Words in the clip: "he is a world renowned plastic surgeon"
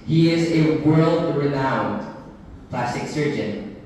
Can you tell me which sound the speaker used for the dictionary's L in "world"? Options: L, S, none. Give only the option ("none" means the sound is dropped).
L